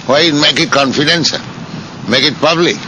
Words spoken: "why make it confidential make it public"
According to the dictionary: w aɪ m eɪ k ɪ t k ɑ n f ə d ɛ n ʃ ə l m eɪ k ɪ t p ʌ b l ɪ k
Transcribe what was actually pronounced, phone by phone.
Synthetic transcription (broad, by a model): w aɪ m eɪ k ɪ t k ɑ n f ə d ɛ n s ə m eɪ k ɪ t p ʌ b l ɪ k